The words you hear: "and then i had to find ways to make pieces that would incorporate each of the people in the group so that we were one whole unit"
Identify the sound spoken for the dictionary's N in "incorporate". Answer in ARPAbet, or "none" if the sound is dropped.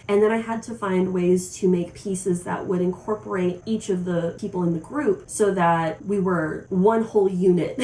N